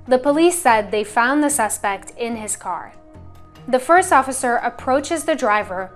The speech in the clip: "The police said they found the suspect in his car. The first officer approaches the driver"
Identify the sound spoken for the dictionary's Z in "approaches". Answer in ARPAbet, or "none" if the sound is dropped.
Z